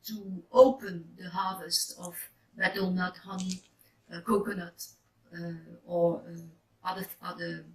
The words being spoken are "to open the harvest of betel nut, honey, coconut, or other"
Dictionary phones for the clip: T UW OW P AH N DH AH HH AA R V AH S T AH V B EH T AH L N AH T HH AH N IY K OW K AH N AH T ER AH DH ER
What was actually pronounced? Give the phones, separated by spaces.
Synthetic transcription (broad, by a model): T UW OW P AH N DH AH HH AA R V AH S T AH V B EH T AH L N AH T HH AH N IY K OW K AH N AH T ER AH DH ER